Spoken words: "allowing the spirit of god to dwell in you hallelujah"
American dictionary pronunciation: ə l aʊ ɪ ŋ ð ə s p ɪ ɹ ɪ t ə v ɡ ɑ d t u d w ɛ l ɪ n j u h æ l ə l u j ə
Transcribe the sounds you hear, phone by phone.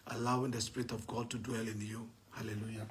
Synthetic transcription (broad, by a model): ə l aʊ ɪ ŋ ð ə s p ɪ ɹ ɪ t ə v ɡ ɑ d t u d w ɛ l ɪ n j u h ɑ l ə l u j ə